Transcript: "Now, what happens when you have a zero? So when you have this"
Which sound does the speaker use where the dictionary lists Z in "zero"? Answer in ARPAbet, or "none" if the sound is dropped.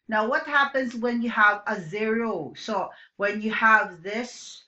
Z